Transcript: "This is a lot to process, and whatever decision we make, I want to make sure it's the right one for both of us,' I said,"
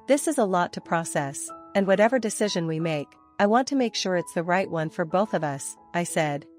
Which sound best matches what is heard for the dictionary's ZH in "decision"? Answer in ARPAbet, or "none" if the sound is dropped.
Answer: ZH